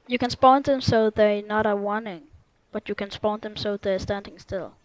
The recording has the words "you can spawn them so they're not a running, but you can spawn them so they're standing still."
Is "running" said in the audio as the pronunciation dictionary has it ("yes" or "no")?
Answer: no